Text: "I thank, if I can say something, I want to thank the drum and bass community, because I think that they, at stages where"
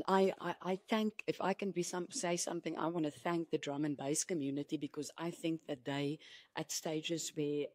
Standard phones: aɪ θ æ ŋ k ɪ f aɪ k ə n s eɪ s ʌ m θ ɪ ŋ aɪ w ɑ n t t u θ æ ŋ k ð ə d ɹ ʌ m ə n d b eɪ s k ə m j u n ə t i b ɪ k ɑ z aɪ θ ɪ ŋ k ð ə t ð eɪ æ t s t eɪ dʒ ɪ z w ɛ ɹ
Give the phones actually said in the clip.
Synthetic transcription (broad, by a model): aɪ θ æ ŋ k ɪ f aɪ k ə n s eɪ s ʌ m θ ɪ ŋ aɪ w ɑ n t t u θ æ ŋ k ð ə d ɹ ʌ m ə n b eɪ s k ə m j u n ə t i b ɪ k ɑ z aɪ θ ɪ ŋ k ð ə t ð eɪ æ t s t eɪ dʒ ɪ z w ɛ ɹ